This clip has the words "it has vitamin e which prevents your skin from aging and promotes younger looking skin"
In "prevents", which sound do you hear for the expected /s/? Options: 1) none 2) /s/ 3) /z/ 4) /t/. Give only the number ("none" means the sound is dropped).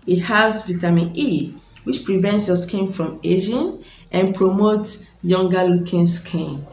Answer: 2